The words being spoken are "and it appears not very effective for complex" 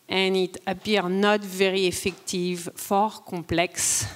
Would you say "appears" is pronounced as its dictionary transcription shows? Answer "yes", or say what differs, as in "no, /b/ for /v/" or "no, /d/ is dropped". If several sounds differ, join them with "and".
no, /z/ is dropped